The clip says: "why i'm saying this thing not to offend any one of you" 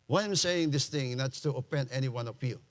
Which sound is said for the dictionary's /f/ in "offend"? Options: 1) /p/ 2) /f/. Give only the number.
1